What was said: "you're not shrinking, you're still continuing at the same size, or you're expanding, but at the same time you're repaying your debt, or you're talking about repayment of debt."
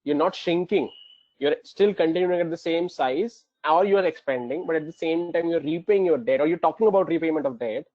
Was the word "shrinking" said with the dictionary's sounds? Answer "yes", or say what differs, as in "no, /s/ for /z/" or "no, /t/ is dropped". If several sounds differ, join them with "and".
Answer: no, /ɹ/ is dropped